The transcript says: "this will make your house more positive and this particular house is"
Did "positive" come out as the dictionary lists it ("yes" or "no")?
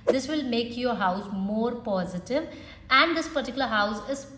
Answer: yes